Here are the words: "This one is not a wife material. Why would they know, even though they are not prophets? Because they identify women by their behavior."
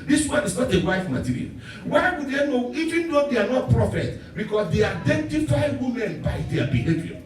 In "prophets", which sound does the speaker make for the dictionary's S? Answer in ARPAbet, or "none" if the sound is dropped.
none